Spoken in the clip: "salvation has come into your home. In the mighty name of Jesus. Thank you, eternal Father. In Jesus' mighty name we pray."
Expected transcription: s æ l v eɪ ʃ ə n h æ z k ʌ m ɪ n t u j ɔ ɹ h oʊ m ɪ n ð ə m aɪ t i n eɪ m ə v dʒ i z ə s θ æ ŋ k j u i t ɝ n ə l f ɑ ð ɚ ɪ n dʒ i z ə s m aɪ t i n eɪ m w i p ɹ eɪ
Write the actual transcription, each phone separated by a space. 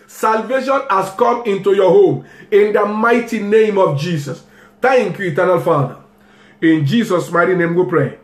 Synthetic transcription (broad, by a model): s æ l v eɪ ʃ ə n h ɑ s k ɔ m ɪ n t u j ɔ h oʊ m ɪ n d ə m aɪ t i n eɪ m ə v dʒ i s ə s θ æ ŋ k j u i t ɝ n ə l f ɑ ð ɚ ɪ n dʒ i s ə s m aɪ t i n eɪ m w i p ɹ eɪ